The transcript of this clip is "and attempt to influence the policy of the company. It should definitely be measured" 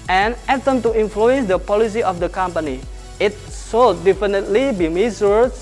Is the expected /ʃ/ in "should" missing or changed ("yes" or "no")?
yes